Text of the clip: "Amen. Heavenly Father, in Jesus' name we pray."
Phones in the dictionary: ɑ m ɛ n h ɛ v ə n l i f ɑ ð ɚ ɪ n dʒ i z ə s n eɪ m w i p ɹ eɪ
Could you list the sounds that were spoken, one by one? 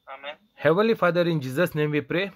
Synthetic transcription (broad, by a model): h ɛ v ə l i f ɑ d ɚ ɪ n dʒ i z ə s n eɪ m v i p ɹ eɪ